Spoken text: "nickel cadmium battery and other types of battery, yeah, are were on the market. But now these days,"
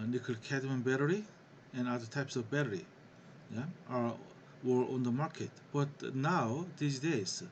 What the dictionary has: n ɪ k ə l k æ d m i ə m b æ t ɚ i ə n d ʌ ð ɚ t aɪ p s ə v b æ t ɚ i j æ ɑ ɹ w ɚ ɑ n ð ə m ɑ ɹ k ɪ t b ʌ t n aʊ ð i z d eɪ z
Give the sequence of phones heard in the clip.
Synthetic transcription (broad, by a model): n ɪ k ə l k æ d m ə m b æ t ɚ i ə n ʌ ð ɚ t aɪ p s ə v b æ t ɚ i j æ ɑ ɹ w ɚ ɑ n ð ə m ɑ ɹ k ɪ t b ʌ t n aʊ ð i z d eɪ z